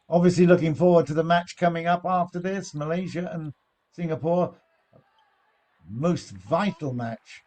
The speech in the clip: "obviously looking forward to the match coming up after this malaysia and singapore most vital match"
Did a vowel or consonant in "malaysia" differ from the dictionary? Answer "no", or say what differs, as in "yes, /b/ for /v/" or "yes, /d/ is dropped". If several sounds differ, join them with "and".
no